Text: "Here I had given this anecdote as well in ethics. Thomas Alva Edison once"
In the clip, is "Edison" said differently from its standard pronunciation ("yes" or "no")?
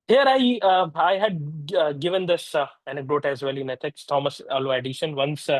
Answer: yes